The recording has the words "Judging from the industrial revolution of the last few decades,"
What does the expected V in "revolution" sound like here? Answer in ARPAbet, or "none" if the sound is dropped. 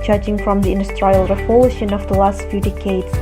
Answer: P